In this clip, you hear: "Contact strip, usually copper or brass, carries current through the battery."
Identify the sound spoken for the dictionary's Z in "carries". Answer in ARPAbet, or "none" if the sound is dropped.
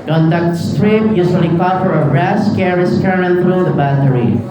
S